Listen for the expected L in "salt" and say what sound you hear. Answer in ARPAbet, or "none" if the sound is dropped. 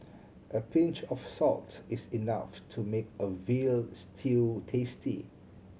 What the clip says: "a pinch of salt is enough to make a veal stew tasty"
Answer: L